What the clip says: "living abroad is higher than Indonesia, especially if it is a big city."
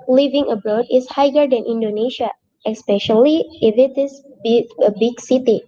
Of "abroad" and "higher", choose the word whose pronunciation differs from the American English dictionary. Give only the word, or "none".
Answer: none